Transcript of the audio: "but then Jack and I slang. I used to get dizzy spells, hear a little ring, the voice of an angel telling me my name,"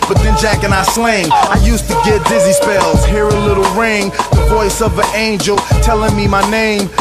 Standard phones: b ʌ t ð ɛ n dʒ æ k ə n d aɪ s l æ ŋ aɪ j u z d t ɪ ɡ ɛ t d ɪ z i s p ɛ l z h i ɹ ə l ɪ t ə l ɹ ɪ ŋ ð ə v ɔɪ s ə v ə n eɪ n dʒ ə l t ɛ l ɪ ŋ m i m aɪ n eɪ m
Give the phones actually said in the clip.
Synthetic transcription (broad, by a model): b ʌ t ð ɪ n dʒ æ k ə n aɪ s l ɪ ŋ aɪ j u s t ɪ ɡ ɛ t d ɪ z i s p ɛ l z h i ɹ ə l ɪ t l ɹ ɪ ŋ ð ə v ɔɪ s ə v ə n eɪ n dʒ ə l t ɛ l ɪ ŋ m i m aɪ n eɪ m